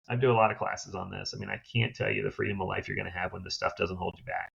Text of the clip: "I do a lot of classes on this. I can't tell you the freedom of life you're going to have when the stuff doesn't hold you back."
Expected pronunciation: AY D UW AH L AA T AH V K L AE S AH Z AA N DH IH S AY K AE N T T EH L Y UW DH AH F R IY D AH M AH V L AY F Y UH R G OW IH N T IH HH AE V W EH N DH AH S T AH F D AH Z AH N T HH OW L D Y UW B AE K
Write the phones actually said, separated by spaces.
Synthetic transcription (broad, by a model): AY D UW AH L AA T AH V K L AE S AH Z N DH IH S AY K AE N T T EH L Y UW DH AH F R IY D AH M AH V L AY F Y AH R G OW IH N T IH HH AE V W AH N DH AH S T AH F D AH Z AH N T HH OW L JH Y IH B AE K